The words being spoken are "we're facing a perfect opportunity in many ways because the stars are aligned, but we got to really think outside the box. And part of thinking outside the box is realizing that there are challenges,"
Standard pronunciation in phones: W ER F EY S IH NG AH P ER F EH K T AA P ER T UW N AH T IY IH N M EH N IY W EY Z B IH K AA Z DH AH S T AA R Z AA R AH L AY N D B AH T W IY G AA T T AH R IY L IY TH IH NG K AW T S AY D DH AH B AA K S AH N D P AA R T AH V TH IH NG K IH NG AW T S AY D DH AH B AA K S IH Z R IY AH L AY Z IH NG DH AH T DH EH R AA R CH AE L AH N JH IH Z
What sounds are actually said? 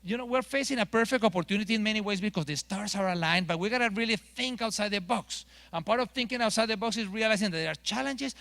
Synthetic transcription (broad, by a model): W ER F EY S IH NG AH P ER F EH K T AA P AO T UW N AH T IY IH N M EH N IY W EY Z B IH K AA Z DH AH S T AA R S AA R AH L AY N B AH T W IY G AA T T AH R IY L IY TH IH NG K AW T S AY D DH AH B AA K S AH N P AA R T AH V TH IH NG K IH NG AW T S AY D DH AH B AA K S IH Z R IY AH L AY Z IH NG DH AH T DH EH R AA R CH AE L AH N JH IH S